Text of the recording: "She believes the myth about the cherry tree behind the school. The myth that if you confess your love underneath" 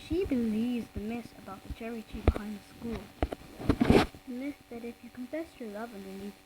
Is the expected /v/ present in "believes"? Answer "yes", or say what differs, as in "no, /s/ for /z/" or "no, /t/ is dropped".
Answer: yes